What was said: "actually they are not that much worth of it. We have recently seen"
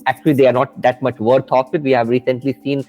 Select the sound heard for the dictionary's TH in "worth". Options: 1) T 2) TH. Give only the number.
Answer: 1